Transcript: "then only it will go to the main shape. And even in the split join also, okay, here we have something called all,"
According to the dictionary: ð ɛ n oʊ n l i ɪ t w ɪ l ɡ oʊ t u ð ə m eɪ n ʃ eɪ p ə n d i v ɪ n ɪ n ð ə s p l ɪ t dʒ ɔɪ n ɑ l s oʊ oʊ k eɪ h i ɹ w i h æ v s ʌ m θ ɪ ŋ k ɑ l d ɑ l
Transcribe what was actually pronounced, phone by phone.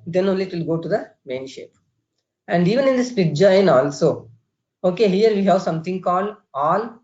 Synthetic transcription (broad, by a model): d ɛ n oʊ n l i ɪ t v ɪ l ɡ oʊ t u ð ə m eɪ n ʃ eɪ p ə n d i v ɪ n ɪ n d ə s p ɪ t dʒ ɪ n ɑ l s oʊ oʊ k eɪ h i ɹ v i h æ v s ʌ m t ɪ ŋ k ɑ l d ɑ l